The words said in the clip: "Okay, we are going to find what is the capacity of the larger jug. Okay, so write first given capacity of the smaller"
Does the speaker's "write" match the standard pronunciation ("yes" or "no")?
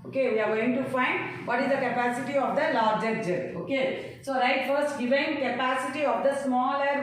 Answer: yes